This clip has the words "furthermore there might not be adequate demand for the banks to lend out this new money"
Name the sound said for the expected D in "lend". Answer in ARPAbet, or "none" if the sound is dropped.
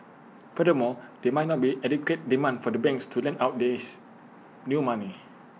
none